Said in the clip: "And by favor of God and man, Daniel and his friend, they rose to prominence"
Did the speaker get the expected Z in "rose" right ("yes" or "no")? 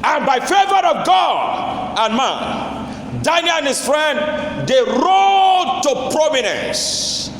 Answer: no